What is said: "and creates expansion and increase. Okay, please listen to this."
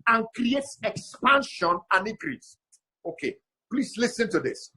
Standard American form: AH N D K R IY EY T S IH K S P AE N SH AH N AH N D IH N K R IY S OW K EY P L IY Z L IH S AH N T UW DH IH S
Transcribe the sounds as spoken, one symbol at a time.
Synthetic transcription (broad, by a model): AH N K R IY EY T S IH K S P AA N SH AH N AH N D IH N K R IY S OW K EY P L IY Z L IH S AH N T UW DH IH S